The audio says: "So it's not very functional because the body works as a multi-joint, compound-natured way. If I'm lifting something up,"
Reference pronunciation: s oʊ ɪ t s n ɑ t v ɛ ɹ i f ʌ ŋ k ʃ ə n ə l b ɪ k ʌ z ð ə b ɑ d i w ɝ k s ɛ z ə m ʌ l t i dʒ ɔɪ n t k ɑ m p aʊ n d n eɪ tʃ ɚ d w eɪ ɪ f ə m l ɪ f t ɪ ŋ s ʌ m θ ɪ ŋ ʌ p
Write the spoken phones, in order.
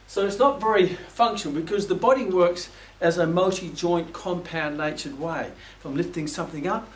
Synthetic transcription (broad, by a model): s oʊ ɪ t s n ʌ t v ɛ ɹ i f ʌ ŋ k ʃ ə n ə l b ɪ k ʌ z ð ə b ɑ d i w ɝ k s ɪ z ə m ʌ l t i dʒ ɔɪ n k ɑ m p aʊ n n eɪ tʃ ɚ d w eɪ ɪ f ə m l ɪ f t ɪ ŋ s ʌ m θ ɪ ŋ ʌ p